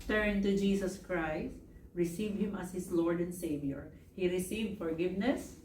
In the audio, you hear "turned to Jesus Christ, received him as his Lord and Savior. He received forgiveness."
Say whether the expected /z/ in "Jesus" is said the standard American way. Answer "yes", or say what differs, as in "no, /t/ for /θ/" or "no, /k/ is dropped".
no, /s/ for /z/